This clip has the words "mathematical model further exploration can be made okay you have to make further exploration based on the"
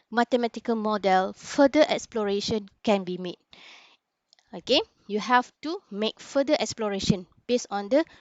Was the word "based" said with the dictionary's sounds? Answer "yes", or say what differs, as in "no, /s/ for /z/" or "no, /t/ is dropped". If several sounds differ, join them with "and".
no, /t/ is dropped